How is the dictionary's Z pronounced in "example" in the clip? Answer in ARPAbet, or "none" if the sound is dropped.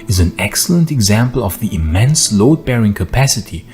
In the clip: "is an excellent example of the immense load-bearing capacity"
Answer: Z